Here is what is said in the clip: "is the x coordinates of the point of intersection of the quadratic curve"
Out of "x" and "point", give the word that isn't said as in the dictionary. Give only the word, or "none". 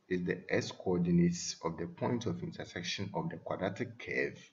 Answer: x